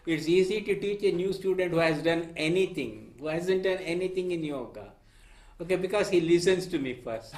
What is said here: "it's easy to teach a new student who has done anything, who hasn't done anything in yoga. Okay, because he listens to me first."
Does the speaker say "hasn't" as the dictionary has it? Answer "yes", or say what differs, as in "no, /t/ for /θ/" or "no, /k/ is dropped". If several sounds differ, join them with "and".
yes